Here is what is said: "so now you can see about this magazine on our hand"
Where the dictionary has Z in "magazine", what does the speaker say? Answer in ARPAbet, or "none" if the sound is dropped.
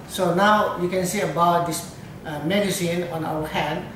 S